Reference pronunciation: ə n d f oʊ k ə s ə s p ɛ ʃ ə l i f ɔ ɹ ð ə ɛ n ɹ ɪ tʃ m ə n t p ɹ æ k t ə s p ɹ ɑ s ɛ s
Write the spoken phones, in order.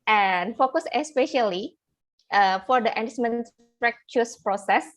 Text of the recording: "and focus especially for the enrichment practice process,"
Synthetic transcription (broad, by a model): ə n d f oʊ k ə s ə s p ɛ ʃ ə l i f ɔ ɹ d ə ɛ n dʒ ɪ s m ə n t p ɹ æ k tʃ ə s p ɹ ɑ s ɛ s